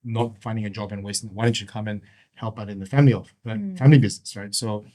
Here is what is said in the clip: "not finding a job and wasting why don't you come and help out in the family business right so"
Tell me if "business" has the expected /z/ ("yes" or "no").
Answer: yes